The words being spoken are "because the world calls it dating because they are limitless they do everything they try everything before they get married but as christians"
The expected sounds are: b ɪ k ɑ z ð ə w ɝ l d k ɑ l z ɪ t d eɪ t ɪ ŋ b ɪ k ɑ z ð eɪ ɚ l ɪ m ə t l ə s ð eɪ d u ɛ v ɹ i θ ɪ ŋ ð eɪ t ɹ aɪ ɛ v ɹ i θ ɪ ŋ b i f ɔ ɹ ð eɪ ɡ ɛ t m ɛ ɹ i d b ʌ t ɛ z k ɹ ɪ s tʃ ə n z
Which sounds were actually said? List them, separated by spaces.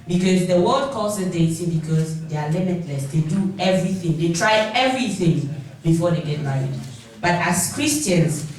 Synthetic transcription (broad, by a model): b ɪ k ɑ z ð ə w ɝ l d k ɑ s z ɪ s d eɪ s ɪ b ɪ k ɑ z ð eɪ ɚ l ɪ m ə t l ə s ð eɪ d u ɛ v ɹ i θ ɪ ŋ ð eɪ t ɹ aɪ ɛ v ɹ i θ ɪ ŋ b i f ɔ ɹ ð eɪ ɡ ɛ t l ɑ i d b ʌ t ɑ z k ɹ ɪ s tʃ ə n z